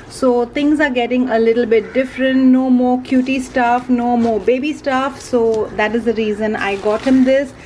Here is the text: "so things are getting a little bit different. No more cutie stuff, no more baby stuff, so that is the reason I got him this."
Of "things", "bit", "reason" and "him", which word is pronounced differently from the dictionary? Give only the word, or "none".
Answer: things